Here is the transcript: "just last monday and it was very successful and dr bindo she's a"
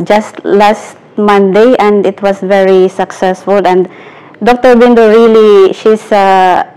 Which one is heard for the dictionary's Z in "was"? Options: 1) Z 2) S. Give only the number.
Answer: 2